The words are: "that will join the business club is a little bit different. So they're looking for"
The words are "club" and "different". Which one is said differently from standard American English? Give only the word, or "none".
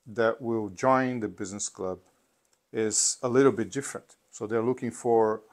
none